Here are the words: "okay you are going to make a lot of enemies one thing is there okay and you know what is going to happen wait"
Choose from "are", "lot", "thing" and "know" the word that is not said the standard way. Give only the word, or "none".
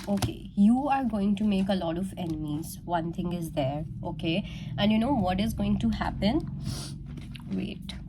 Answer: thing